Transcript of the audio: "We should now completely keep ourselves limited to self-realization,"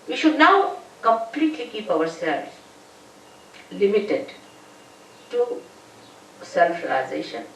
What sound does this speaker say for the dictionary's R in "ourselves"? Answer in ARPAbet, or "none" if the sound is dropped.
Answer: W